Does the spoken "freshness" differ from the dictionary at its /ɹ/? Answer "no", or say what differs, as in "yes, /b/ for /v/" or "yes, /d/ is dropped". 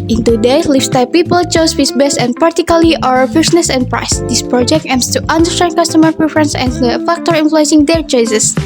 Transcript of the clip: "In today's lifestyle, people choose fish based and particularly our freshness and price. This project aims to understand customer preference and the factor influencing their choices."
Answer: yes, /ɹ/ is dropped